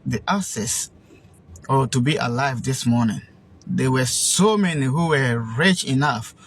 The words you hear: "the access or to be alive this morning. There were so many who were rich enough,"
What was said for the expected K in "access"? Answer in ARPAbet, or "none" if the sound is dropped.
none